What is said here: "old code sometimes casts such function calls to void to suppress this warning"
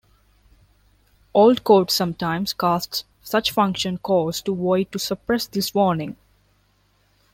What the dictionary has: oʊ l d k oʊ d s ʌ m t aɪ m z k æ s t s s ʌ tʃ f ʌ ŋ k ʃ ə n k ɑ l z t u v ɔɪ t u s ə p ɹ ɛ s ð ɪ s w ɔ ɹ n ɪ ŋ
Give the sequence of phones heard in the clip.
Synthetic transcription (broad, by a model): oʊ l d k oʊ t s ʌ m t aɪ m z k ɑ s t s s ʌ tʃ f ʌ ŋ k ʃ ə n k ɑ z t u v ɔɪ t u s ə p ɹ ɛ s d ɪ s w ɔ ɹ n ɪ ŋ